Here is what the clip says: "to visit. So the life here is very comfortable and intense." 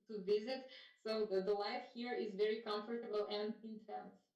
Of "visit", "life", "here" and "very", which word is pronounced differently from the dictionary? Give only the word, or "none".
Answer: none